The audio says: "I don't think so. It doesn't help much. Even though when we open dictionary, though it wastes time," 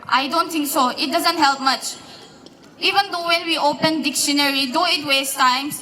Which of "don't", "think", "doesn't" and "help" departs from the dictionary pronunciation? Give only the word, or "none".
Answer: think